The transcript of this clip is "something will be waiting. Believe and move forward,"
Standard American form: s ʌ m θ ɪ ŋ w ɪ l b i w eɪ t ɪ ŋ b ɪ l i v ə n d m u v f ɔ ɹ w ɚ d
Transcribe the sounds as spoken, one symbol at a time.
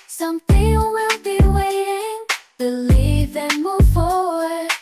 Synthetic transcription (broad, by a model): s ʌ m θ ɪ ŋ w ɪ n b i w eɪ t ɪ ŋ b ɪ l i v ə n m u v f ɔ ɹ w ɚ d